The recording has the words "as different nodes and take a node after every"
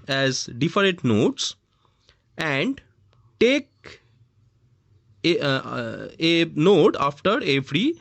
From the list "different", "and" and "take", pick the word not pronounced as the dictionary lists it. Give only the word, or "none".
different